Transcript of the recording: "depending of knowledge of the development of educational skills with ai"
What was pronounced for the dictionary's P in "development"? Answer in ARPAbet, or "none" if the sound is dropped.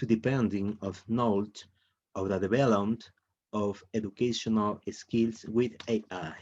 none